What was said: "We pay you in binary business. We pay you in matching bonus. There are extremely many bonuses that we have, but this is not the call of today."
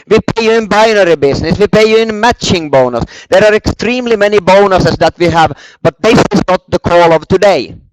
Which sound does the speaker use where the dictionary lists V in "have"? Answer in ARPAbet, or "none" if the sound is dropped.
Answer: V